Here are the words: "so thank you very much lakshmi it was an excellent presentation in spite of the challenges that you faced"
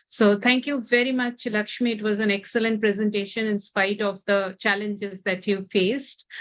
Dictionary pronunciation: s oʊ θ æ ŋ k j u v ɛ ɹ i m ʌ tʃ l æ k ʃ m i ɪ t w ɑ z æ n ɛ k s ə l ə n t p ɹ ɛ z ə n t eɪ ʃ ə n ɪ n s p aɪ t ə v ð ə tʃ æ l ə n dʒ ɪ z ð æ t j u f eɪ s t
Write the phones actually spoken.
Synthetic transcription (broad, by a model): s oʊ t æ ŋ k j u v ɛ ɹ i m ʌ tʃ l æ k ʃ m i ɪ t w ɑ z æ n ɛ k s ə l ə n t p ɹ ɛ z ə n t eɪ ʃ ə n ɪ n s p aɪ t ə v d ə tʃ æ l ə n dʒ ɪ z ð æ t j u f eɪ s t